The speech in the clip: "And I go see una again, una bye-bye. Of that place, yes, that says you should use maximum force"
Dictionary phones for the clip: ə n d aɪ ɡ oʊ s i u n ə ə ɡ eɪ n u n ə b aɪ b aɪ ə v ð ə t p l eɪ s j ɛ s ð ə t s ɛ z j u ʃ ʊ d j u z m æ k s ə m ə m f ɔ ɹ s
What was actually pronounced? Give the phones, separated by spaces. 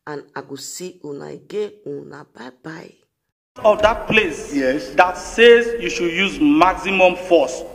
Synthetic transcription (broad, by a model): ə n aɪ ɡ oʊ s i u n ə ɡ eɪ u n ə b aɪ b aɪ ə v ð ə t p l eɪ s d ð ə t s ɛ z j u ʃ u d j u z m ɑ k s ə m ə m f ɔ s